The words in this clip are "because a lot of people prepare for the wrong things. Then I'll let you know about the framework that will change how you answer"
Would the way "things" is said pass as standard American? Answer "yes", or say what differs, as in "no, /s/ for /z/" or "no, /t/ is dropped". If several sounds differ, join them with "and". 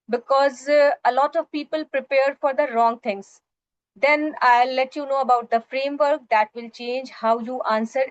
no, /t/ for /θ/